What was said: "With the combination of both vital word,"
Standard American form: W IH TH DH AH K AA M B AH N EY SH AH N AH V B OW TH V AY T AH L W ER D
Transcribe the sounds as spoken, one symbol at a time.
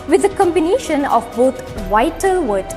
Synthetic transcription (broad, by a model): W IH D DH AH K AA M B AH N EY SH AH N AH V B OW T V AY T AH L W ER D